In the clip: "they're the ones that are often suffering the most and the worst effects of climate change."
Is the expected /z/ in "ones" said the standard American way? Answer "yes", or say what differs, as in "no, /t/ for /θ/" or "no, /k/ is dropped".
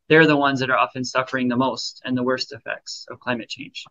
yes